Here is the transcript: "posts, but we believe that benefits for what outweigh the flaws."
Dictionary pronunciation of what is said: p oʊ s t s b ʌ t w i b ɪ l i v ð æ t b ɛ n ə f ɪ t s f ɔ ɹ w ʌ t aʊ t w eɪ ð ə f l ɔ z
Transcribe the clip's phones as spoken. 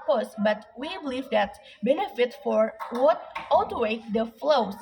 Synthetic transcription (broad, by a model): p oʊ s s b ʌ t w i b ɪ l i v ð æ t b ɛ n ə f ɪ t f ɔ ɹ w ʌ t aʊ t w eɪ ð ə f l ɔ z